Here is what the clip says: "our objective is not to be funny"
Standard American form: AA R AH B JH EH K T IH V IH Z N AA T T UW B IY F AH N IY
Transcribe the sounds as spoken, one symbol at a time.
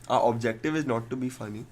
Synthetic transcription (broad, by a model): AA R AH B JH EH K T IH V IH Z N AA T T UW B IY F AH N IY